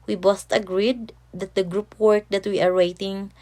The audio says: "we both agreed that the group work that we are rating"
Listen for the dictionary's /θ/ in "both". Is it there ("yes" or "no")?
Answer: no